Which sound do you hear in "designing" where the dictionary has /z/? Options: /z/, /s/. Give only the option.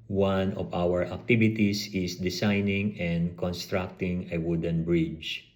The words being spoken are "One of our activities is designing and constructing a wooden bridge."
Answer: /s/